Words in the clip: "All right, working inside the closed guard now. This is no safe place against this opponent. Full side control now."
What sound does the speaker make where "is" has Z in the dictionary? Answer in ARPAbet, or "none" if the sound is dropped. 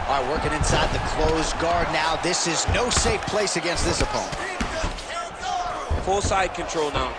Z